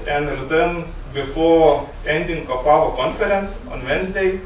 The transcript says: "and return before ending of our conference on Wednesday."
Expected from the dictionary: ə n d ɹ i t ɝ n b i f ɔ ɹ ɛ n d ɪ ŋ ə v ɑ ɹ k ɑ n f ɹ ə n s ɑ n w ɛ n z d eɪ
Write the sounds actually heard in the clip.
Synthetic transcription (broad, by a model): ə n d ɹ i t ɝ n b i f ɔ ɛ n d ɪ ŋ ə f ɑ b k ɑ n f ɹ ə n s ɑ n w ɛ n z d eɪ